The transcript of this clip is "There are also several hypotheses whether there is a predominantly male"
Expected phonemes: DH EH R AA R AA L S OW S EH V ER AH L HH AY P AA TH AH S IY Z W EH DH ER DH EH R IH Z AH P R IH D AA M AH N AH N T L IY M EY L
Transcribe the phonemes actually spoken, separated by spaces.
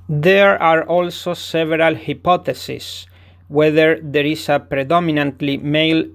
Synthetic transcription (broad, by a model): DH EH R AA R AA L S OW S EH V ER AH L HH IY P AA T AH S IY S W EH DH ER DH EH R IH S AH P R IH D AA M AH N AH N T L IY M EY L